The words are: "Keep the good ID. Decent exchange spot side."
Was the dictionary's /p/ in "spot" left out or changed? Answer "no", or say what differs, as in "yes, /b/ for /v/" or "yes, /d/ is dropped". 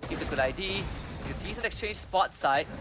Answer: no